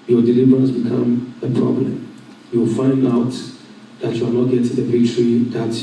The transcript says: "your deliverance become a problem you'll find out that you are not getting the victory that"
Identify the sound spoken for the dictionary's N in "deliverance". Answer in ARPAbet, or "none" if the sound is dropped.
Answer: N